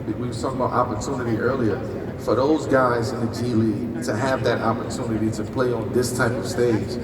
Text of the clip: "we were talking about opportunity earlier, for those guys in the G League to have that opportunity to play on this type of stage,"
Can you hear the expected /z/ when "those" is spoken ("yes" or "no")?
yes